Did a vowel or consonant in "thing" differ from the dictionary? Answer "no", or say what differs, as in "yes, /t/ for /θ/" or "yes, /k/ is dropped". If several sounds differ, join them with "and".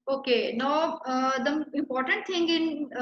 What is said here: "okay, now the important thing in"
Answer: yes, /t/ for /θ/